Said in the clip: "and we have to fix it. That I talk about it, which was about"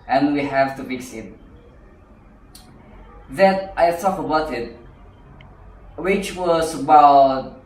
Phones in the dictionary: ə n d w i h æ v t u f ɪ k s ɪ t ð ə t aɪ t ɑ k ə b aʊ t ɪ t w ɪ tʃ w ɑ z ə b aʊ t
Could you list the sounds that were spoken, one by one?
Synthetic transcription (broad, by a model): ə n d w i h æ v t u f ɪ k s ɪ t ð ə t aɪ s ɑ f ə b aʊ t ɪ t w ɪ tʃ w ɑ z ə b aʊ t